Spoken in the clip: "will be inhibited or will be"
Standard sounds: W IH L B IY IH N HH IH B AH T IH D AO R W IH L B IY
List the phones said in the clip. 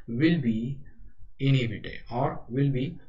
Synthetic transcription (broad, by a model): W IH L B IY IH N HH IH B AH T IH AO R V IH L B IY